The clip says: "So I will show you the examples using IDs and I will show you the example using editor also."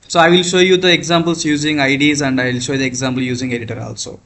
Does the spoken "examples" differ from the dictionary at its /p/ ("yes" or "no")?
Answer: yes